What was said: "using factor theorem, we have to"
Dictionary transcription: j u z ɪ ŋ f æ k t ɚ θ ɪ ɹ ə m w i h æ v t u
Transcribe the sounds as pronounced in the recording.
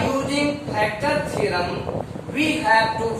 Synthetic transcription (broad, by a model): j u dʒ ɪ ŋ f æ k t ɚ s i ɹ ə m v i h æ v t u